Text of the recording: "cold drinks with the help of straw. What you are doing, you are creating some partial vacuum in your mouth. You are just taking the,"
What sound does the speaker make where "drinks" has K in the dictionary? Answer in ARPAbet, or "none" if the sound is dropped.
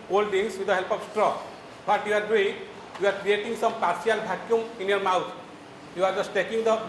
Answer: none